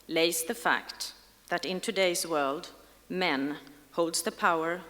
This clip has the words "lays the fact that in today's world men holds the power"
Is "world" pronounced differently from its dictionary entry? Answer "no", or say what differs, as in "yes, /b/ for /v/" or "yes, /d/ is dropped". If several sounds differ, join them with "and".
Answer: no